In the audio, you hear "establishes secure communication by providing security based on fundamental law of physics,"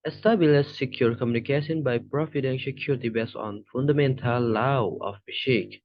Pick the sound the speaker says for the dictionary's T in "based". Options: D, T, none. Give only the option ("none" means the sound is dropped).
none